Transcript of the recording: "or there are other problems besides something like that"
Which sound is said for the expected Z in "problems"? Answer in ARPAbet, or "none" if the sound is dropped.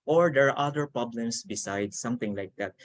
S